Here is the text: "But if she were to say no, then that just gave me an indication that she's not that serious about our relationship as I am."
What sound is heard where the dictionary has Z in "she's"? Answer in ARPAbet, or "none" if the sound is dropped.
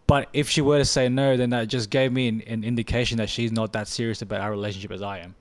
Z